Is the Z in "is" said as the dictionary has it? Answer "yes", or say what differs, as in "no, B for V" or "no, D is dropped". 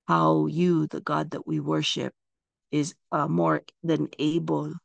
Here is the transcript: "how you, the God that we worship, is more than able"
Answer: yes